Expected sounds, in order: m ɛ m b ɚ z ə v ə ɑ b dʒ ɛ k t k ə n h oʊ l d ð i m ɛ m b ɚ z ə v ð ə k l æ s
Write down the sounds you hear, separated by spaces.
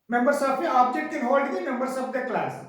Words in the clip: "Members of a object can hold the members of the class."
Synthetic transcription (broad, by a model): m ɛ m b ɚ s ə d ə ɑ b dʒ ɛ t k ə n h oʊ l d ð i m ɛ m b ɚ s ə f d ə k l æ s